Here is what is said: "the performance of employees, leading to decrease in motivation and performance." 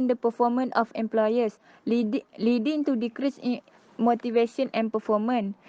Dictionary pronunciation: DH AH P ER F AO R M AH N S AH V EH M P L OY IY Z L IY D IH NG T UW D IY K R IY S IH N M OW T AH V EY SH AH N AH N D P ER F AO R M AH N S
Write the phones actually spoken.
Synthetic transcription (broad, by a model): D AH P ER F AO M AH N AH F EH M P L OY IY S L IY D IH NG T UW D IY K R IY S M OW T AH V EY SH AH N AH N P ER F AO M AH N